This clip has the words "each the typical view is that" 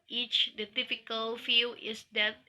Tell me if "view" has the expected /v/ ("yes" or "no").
no